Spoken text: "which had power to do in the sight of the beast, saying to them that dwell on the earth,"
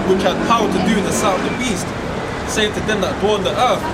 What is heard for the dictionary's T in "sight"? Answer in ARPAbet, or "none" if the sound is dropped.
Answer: none